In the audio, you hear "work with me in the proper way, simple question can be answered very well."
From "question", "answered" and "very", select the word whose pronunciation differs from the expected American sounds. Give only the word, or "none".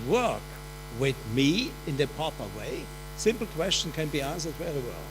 very